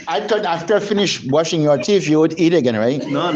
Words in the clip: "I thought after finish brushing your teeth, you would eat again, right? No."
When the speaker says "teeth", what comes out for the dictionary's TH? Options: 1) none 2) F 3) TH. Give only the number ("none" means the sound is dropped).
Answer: 2